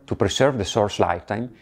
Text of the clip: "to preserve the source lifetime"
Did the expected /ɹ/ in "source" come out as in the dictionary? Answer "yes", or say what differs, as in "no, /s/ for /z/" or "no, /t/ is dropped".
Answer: yes